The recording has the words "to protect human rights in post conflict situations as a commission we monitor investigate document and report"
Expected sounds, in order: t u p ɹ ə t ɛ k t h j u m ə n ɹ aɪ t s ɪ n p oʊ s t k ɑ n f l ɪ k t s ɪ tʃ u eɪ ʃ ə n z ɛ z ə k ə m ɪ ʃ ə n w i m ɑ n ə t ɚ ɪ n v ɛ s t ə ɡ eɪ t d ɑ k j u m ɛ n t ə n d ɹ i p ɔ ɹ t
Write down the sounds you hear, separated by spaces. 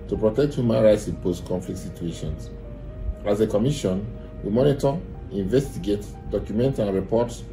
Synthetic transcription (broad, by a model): t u p ɹ ə t ɛ k t h j u m ə n ɹ aɪ t s ɪ n p oʊ s t k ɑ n f l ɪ k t s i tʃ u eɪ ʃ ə n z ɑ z ə k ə m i ʃ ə n w i m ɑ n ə t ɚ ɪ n v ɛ s t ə ɡ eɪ t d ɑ k j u m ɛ n t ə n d ɹ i p ɔ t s